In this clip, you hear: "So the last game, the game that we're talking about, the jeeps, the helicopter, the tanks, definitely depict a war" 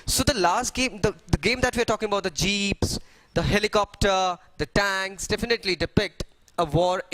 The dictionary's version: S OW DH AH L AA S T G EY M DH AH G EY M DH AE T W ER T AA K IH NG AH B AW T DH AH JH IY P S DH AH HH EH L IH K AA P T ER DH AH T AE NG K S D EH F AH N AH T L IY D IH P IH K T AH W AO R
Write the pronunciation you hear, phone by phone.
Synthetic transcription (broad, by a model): S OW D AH L AA S T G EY M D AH G EY M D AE T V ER T AA K IH NG AH B AW T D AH JH IY P S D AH HH EH L IH K AA P T ER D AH T AE NG K S D EH F AH N AH T L IY D IH P IH K T AH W AO R